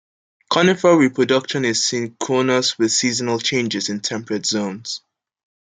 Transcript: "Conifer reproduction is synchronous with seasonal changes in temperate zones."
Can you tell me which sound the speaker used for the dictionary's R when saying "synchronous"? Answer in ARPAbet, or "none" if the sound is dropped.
none